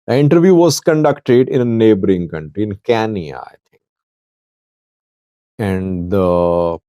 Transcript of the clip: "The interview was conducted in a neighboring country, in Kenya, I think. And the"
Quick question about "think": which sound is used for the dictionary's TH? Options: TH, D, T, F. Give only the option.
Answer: T